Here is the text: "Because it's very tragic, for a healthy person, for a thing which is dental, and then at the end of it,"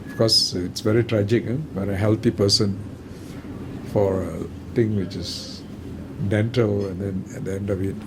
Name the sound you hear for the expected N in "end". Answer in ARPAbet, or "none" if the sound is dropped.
N